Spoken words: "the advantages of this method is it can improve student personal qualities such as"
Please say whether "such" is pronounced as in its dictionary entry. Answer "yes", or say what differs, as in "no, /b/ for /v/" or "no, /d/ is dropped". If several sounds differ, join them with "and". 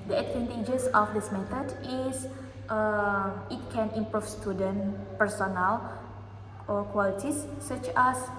yes